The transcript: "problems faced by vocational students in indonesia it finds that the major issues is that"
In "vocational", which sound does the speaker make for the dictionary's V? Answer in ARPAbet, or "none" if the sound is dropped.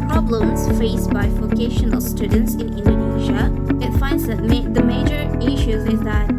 F